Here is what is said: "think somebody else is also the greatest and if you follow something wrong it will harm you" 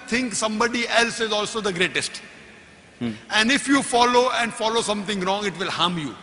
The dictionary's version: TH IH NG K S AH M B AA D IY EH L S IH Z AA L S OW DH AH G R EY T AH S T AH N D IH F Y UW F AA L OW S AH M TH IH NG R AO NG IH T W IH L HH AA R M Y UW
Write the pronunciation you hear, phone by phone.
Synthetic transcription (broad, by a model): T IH NG K S AH M B AA D IY EH L S IH Z AA L S OW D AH G R EY T AH S T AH N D IH F Y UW F AA L OW S AH M T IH NG R AO NG IH T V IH L HH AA M Y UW